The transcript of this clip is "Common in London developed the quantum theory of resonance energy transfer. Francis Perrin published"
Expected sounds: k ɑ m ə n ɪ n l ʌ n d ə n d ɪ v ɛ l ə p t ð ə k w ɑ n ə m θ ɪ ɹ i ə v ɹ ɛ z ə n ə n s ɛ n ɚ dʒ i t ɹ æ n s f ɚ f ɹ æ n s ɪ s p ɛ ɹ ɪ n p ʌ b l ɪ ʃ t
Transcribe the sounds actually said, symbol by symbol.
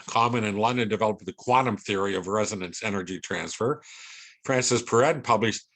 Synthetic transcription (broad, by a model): k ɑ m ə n ɪ n l ʌ n d ə n d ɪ v ɛ l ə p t ð ə k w ɑ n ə m θ ɪ ɹ i ə v ɹ ɛ z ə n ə n s ɛ n ɚ dʒ i t ɹ æ n s f ɚ f ɹ æ n s ɪ s p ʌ ɹ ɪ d p ʌ b l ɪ ʃ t